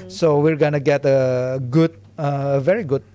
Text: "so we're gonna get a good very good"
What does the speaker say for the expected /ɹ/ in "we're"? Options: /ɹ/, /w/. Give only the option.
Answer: /ɹ/